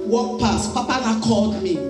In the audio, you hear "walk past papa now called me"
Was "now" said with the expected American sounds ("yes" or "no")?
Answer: no